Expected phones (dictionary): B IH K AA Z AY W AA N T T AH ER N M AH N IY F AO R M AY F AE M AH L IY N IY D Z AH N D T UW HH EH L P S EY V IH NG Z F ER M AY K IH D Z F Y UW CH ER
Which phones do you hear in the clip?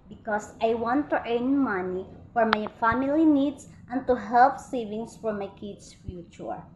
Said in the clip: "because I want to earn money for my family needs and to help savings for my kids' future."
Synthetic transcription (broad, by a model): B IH K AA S AY W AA N T T AH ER N M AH N IY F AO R M AY F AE M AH L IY N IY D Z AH N T UW HH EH L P S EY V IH NG S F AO M AY K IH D S F Y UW CH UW